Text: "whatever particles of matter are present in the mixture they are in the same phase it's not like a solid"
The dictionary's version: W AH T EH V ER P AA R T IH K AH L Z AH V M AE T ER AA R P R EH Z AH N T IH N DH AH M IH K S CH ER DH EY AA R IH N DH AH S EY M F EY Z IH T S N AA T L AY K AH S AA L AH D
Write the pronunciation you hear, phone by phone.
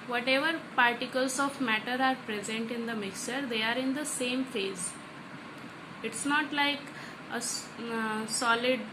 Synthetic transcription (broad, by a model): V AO T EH V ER P AA R T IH K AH L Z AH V M AE T ER AA R P R EH Z AH N T IH N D AH M IH K S CH ER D EY AA R IH N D AH S EY M F EY Z IH T S N AA T L AY K AH S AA L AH D